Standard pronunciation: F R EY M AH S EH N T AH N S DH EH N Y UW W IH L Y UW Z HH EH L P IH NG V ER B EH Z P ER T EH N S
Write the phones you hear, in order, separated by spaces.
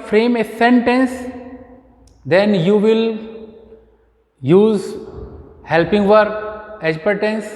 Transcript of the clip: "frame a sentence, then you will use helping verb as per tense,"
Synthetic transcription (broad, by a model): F R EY M AH S EH N T AH N S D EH N Y UW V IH L Y UW Z HH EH L P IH NG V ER EH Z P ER T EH N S